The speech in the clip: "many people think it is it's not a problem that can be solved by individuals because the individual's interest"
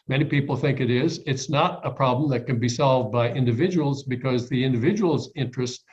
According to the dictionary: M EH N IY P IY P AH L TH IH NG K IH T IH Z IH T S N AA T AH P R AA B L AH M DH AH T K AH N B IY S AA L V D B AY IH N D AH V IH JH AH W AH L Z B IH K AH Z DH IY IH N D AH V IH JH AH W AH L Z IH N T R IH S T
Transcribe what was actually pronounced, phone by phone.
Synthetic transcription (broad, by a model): M EH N IY P IY P L TH IH NG K IH T IH Z IH T S N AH T AH P R AA B L AH M DH AH T K AH N B IY S AA L V D B AY IH N D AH V IH JH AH W L Z B IH K AH Z DH IY IH N D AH V IH JH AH W L Z IH N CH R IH S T